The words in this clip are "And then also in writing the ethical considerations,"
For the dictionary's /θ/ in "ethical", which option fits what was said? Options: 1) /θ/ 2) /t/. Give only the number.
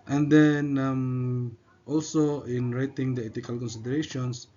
2